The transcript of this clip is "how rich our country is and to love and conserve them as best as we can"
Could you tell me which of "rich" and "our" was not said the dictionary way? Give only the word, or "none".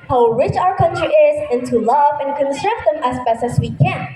none